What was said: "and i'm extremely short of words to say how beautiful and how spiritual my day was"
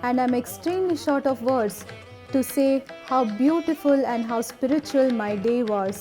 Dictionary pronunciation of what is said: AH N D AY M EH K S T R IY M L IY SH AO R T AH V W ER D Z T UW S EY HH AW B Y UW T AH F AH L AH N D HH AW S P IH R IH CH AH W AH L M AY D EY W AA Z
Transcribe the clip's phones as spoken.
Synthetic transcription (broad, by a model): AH N D AY M EH K S T R IY M L IY SH AO R T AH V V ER D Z T UW S EY HH AW B Y UW T AH F AH L AH N D HH AW S P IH R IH CH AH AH L M AY D EY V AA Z